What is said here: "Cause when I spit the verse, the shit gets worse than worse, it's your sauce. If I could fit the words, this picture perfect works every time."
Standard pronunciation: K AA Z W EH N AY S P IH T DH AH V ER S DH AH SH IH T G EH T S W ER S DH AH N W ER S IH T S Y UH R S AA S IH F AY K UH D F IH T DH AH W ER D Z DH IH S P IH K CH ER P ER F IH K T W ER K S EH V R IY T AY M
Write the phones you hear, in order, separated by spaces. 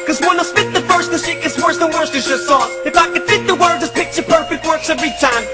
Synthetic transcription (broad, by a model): K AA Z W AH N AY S F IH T DH AH F ER S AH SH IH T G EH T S W ER S DH AH N W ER S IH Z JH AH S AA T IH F AY K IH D F IH T DH AH W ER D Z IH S P IH K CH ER P ER F IH K T W ER K S EH V R IY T AY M